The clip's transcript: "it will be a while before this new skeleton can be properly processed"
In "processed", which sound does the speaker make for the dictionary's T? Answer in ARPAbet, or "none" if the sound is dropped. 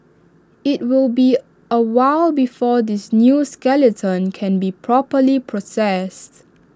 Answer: T